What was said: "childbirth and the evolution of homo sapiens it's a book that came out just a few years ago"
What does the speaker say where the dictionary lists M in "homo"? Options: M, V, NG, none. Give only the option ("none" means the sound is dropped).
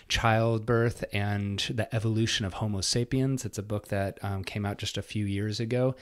M